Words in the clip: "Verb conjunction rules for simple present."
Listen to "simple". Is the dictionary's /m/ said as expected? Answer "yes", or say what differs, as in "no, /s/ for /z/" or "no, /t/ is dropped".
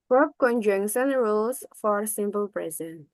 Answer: yes